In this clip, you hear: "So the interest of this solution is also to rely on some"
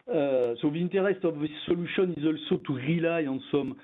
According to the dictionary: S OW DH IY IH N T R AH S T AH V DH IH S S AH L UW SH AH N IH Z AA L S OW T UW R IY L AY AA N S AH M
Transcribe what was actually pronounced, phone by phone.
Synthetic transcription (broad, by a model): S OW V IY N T R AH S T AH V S S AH L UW S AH N IH Z AA L S OW T UW R IY L AY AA S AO M